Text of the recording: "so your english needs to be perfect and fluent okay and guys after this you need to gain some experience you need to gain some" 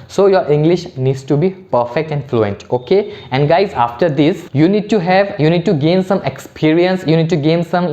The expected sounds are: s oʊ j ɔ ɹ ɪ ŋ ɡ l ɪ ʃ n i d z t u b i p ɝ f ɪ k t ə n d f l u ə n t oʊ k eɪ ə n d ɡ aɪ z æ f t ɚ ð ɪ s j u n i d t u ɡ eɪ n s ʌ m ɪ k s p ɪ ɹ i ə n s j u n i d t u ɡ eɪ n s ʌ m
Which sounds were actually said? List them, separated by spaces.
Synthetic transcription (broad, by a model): s oʊ j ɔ ɹ ɪ ŋ ɡ l ɪ ʃ n i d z t u b i p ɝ f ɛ k t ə n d f l u ə n t oʊ k eɪ ə n d ɡ aɪ z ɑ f t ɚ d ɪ s j u n i d t u ɡ eɪ n s ʌ m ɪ k s p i ɹ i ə n s j u n i d t u ɡ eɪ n s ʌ m